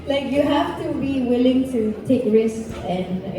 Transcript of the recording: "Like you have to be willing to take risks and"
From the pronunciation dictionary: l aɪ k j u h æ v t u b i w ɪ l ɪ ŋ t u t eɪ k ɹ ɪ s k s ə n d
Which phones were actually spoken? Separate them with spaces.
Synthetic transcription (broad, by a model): l aɪ k j u h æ f t u b i w ɪ l ɪ ŋ t u t eɪ k ɹ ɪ s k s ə n